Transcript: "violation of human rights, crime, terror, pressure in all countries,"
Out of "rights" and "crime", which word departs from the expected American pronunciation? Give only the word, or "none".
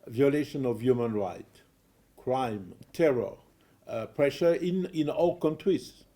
rights